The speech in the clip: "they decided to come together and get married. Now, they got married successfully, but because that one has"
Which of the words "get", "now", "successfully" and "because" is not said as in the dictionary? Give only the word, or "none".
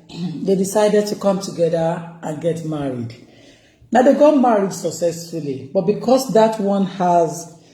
because